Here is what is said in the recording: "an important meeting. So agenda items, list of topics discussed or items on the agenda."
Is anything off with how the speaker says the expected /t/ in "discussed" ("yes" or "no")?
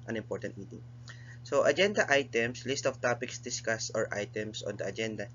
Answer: yes